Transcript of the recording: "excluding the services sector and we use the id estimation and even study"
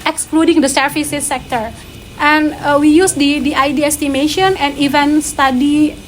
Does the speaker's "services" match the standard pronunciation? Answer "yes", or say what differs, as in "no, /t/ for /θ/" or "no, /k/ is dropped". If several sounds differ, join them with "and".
no, /f/ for /v/